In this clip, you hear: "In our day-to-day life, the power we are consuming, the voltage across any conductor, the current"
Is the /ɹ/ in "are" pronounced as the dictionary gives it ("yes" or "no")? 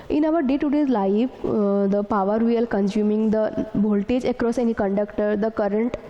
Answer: no